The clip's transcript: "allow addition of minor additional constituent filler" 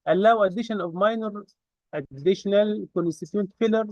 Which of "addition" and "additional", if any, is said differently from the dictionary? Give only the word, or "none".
none